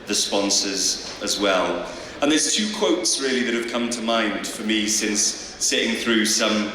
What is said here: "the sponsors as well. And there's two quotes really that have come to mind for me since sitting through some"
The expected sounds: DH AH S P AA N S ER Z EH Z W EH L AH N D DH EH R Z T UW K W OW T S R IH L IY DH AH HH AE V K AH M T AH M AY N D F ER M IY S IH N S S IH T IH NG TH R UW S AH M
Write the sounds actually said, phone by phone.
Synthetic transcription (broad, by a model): DH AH S P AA N S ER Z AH Z W EH L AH N DH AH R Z T UW K W OW T S R IH L IY DH AH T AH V K AH M T AH M AY N D F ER M IY S IH N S S IH T IH NG TH R UW S AH M